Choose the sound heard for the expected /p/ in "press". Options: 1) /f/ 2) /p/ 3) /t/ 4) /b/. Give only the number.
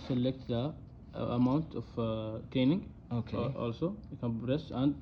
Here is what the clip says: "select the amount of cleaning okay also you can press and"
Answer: 4